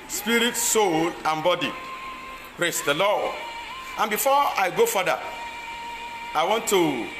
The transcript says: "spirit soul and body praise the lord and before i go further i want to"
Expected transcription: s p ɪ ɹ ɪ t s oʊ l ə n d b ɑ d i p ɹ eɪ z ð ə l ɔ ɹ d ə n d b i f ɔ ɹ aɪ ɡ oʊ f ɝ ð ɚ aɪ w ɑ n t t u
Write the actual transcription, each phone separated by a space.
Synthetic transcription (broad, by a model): s p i ɹ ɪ t s oʊ l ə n b ɑ d i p ɹ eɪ s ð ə l ɔ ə n b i f ɔ aɪ ɡ oʊ f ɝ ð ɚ aɪ w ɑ n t t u